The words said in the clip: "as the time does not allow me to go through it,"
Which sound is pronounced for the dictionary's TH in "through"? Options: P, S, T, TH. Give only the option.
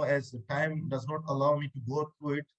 T